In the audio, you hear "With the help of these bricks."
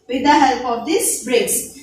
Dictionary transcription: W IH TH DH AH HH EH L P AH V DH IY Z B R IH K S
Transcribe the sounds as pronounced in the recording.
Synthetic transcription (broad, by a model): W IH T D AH HH EH L P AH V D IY S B R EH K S